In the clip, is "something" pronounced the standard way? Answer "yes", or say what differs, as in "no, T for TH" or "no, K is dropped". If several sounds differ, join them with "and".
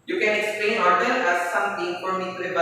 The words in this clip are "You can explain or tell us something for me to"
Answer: no, T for TH